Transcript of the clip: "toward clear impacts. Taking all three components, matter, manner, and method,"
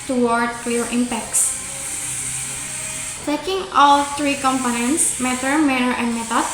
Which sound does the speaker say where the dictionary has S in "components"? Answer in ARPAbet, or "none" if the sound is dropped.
S